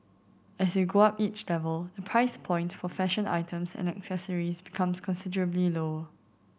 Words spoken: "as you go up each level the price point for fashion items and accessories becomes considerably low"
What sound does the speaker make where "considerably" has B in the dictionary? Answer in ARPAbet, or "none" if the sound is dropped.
B